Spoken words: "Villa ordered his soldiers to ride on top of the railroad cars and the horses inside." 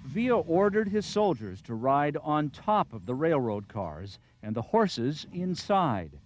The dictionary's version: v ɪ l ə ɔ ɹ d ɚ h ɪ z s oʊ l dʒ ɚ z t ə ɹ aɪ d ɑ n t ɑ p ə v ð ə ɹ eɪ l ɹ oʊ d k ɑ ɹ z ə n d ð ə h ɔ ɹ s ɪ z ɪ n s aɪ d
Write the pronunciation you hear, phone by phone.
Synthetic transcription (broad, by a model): v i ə ɔ ɹ d ɚ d ɪ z s oʊ l dʒ ɚ z t ə ɹ aɪ d n t ɑ p ə v ð ə ɹ eɪ l ɹ oʊ d k ɑ ɹ z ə n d ð ə h ɔ ɹ s ɪ z ɪ n s aɪ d